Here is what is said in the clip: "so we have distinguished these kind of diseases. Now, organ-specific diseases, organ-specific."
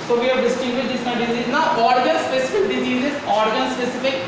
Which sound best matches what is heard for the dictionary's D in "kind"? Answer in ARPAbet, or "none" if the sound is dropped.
none